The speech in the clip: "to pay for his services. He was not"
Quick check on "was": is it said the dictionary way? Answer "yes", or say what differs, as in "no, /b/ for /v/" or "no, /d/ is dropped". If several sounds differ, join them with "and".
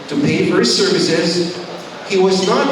yes